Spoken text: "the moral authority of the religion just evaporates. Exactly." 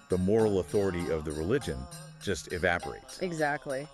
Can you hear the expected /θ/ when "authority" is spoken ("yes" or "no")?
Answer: yes